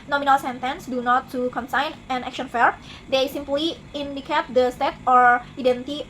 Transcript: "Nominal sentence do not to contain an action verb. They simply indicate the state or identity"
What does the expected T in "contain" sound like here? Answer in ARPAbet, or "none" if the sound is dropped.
S